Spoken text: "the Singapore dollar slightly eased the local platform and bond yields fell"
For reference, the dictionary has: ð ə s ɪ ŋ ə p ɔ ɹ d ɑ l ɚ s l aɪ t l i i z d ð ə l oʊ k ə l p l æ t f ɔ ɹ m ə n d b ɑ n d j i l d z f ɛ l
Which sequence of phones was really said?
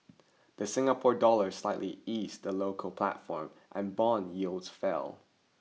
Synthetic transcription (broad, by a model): ð ə s ɪ ŋ ə p ɔ ɹ d ɑ l ɚ s l aɪ t l i i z ð ə l oʊ k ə l p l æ t f ɔ ɹ m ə n b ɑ n j i l d z f ɛ l